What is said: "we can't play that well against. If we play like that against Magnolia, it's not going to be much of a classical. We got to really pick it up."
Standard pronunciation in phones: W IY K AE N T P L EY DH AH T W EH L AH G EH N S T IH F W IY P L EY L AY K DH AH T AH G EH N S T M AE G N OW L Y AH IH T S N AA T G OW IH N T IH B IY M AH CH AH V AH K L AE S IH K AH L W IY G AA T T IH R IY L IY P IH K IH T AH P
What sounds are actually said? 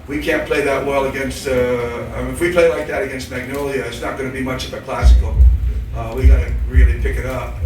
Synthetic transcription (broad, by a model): W IY K AE N P L EY DH AH T W EH L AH G EH N S T IH F W IY P L EY L AY K DH AH T AH G EH N S T M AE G N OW L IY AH IH T S N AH T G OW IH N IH B IY M AH CH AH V AH K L AE S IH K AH W IY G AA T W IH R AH N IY P IH K IH T AH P